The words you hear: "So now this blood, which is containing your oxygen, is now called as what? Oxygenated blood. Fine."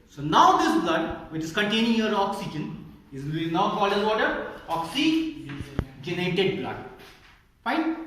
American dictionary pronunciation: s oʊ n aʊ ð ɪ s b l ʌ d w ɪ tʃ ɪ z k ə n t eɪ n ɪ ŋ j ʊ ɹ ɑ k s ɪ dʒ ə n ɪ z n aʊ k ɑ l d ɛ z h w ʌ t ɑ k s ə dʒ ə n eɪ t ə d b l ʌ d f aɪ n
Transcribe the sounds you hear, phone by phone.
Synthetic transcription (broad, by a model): s oʊ n aʊ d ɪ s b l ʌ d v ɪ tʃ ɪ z k ə n t eɪ n ɪ ŋ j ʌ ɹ ɑ k s ɪ dʒ ə n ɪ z n aʊ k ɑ l ɪ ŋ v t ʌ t ɑ k s ə dʒ ə n eɪ t ə d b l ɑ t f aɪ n